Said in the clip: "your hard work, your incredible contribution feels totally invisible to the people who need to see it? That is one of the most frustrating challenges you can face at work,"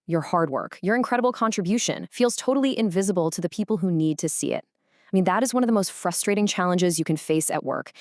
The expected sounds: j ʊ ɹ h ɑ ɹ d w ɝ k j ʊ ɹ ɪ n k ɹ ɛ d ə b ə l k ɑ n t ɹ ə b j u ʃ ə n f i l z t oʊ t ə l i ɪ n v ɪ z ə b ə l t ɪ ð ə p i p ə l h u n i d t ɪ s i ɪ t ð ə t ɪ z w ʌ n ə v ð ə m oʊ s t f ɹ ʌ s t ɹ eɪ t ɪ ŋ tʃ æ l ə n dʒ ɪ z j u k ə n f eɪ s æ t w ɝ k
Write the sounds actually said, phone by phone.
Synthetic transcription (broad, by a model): j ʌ ɹ h ɑ ɹ d w ɝ k j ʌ ɹ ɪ n k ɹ ɛ d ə b l k ɑ n t ɹ ə b j u ʃ ə n f i l z t oʊ t l i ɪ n v ɪ z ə b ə l t ɪ ð ə p i p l h u n i d t ɪ s i ɪ t ð ə t ɪ z w ʌ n ə v ð ə m oʊ s t f ɹ ʌ s t ɹ eɪ t ɪ ŋ tʃ æ l ə n dʒ ɪ z j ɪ k ə n f eɪ s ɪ t w ɝ k